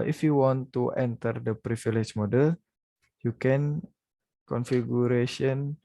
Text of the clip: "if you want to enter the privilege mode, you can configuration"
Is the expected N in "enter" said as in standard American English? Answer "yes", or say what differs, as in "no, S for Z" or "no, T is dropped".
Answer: yes